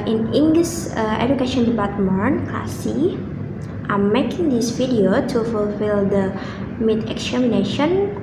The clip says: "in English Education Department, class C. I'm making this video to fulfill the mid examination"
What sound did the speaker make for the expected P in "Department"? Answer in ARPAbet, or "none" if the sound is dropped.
B